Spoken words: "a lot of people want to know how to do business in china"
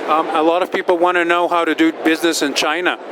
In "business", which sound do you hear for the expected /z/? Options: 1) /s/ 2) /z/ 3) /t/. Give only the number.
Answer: 2